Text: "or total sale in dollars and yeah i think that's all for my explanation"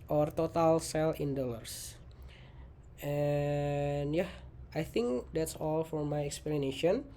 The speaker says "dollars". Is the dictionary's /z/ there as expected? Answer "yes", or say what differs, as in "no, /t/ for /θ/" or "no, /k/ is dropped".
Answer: no, /s/ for /z/